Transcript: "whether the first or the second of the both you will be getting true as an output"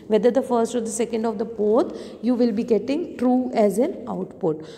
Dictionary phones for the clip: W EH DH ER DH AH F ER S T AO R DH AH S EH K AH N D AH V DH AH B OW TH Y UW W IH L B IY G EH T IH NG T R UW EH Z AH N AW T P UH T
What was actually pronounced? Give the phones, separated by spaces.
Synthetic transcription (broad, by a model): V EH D ER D AH F ER S T AO R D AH S EH K AH N D AH V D AH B OW T Y UW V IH L B IY G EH T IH NG T R UW EH Z AH N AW T P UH T